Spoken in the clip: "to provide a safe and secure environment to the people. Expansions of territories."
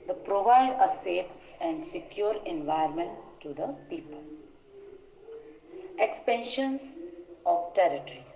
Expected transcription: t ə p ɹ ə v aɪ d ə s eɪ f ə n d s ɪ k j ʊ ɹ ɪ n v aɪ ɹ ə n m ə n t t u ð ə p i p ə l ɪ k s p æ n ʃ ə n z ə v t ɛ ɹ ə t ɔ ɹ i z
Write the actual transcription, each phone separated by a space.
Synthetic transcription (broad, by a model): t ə p ɹ ə v aɪ d ə s eɪ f ə n d s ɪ k j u ɹ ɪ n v aɪ ə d m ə n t t u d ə p i p ə l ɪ k s p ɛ n ʃ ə n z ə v t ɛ ɹ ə t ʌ ɹ i